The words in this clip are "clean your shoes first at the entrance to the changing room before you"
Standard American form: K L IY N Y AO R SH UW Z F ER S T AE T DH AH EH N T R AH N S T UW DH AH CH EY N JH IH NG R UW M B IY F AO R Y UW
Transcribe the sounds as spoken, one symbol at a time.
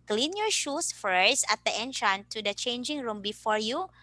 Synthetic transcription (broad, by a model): K L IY N Y AO R SH UW S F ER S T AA T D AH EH N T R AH N T UW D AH CH EY N JH IH NG R UW M B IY F AO R Y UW